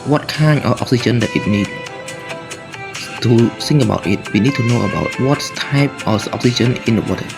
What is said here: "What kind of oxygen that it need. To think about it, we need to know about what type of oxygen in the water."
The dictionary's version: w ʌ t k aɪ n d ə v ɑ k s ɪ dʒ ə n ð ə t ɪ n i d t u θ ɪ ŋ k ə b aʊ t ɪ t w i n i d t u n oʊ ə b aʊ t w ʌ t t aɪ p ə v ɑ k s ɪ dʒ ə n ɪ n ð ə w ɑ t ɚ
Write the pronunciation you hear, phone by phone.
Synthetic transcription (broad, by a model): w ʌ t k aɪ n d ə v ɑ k s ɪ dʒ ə n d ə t ɪ n i d t u s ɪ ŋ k ə b aʊ t ɪ t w i n i d t u n oʊ ə b aʊ t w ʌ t t aɪ p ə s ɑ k s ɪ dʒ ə n ɪ n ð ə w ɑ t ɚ